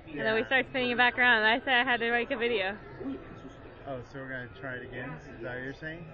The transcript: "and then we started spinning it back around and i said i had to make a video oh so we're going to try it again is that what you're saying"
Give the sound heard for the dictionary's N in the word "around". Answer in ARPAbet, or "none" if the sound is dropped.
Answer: none